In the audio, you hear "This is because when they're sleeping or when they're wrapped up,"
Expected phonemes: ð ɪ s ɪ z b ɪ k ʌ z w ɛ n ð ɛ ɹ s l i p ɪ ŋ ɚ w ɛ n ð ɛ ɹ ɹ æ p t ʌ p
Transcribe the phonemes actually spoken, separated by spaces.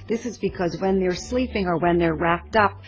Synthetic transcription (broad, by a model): ð ɪ s ɪ z b ɪ k ʌ z w ɛ n ð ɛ ɹ s l i p ɪ ŋ ɚ w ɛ n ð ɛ ɹ ɹ æ p t ʌ p